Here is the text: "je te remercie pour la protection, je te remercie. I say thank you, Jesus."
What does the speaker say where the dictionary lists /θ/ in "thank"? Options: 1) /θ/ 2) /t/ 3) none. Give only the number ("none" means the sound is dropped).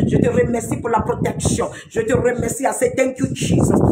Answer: 2